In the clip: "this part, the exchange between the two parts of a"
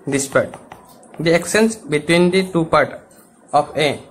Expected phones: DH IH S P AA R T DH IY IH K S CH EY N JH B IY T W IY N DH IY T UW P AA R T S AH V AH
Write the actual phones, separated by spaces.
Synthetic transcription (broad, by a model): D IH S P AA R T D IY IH K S EY N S B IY T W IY N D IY T UW P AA R T AH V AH